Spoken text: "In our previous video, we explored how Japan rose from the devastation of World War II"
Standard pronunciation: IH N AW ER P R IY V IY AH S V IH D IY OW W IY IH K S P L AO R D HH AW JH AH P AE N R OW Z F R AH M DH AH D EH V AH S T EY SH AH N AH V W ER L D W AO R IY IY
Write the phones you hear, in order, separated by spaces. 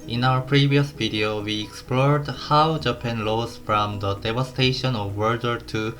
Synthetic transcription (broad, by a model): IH N AW ER P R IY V IY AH S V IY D IY OW W IY IH K S P L AO R D HH AW JH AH P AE N L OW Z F R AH M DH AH D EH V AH S T EY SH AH N AH V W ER D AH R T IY